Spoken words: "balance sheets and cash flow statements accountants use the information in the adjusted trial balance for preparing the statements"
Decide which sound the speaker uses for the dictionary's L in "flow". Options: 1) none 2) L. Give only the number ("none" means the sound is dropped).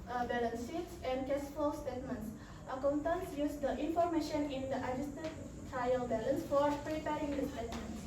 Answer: 1